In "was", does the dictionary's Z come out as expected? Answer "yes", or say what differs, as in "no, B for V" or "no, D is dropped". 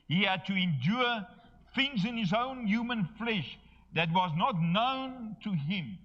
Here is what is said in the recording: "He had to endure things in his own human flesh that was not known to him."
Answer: yes